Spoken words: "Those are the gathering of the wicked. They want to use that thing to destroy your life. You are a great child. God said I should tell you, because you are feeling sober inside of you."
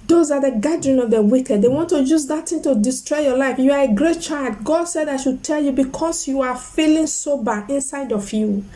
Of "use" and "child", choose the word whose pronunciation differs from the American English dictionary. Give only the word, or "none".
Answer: none